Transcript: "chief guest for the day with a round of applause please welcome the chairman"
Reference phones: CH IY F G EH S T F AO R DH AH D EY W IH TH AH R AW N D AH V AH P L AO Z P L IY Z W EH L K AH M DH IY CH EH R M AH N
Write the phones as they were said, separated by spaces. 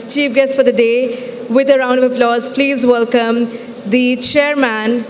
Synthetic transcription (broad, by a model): CH IY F G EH S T F AO R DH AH D EY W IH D AH R AW N D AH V AH P L AO Z P L IY Z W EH L K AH M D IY CH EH R M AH N